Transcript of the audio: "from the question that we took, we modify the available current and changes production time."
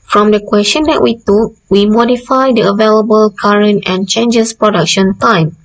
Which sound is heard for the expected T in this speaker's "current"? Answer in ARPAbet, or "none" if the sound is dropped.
T